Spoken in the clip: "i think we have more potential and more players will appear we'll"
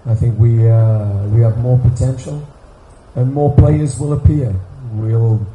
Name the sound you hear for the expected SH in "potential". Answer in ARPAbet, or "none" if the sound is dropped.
SH